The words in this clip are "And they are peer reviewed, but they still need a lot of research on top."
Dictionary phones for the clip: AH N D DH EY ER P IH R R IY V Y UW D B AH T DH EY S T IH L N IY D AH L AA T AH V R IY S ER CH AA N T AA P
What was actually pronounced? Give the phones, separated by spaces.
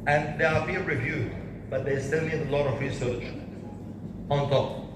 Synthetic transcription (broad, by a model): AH N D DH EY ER B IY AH R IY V Y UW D B AH T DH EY S T IH L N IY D AH L AA T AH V R IY S ER CH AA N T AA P